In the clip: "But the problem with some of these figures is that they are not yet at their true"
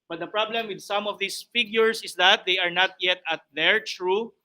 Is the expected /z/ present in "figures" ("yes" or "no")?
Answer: no